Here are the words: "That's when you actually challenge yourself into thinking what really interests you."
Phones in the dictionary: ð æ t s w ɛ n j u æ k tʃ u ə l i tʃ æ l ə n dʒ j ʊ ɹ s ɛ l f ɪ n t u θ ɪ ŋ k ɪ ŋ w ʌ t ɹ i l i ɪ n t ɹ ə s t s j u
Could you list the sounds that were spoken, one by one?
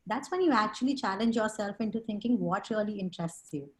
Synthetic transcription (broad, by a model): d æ t s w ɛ n j u æ k tʃ u ə l i tʃ æ l ə n dʒ j ʊ ɹ s ɛ l f ɪ n t u t ɪ ŋ k ɪ ŋ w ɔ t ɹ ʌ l i ɪ n t ɹ ə s t s j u